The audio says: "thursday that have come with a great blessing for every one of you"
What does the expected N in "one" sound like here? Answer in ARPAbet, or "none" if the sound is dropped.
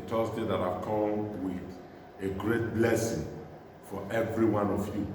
N